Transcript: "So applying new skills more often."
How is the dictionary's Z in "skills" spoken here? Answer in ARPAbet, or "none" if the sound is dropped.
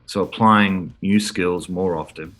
Z